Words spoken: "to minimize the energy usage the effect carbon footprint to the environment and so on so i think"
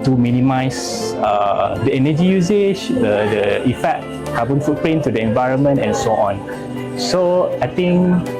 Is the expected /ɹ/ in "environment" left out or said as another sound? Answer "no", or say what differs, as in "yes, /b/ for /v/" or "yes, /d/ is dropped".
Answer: no